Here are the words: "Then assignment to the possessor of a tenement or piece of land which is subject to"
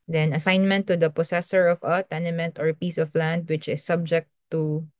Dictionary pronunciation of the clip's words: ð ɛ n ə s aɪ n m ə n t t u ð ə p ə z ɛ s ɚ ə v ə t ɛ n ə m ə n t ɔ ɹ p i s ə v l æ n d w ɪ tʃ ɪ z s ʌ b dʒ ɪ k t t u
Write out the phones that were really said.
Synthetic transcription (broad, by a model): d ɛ n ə s aɪ n m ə n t t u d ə p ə s ɛ s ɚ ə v ə t ɛ n ə m ə n t ɔ ɹ p i s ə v l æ n d w ɪ tʃ ɪ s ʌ b dʒ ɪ k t t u